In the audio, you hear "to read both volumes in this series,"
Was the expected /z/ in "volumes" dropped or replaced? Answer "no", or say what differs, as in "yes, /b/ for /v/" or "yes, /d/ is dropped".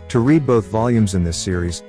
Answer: no